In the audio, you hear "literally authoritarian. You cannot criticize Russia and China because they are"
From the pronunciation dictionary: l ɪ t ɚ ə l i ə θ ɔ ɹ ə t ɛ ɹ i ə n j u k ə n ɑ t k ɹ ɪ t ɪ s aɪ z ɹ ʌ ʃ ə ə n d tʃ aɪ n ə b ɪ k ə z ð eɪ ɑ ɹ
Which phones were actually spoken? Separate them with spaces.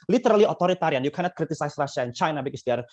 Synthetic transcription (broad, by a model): l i t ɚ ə l i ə t ɔ ɹ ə t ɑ ɹ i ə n j u k ə n ɑ t k ɹ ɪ t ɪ s aɪ s ɹ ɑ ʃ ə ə n tʃ aɪ n ə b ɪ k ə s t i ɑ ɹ